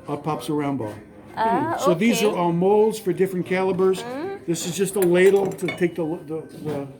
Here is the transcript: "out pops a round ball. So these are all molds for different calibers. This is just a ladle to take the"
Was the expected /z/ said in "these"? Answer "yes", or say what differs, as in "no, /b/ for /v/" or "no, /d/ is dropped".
yes